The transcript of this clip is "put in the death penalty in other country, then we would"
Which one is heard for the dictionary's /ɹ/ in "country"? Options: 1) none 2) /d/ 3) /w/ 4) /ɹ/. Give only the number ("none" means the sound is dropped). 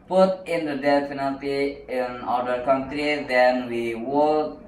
4